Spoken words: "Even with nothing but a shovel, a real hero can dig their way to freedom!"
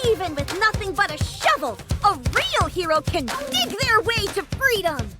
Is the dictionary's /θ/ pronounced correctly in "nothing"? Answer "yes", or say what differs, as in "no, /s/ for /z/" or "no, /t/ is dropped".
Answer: yes